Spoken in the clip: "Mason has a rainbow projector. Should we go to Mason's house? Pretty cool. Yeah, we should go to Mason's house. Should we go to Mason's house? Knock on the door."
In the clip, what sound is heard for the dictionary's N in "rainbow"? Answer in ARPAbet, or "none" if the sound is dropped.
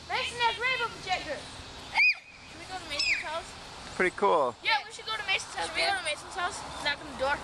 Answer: none